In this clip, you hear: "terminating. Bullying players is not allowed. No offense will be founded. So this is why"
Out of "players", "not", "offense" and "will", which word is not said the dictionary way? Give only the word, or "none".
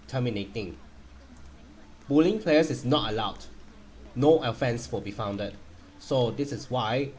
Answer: players